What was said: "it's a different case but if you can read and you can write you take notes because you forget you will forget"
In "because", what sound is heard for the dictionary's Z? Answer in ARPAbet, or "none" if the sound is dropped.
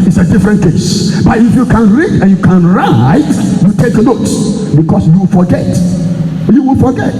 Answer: S